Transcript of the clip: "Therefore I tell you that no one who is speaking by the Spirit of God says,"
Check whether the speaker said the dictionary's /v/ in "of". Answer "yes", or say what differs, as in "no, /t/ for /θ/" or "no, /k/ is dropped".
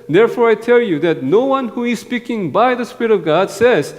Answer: yes